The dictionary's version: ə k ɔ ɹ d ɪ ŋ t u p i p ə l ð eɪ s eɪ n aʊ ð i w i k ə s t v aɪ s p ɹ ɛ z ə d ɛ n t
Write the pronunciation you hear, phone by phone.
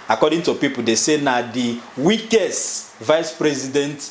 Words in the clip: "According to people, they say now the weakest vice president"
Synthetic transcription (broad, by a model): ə k ɔ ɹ d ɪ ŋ t u p i p ə l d eɪ s eɪ n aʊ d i w i k ə s t v aɪ s p ɹ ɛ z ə d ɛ n t